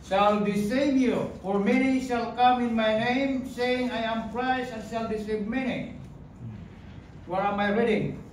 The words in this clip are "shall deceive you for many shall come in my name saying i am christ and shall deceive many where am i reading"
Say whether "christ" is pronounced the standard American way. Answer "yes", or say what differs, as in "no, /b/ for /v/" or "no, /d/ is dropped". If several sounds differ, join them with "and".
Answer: no, /t/ is dropped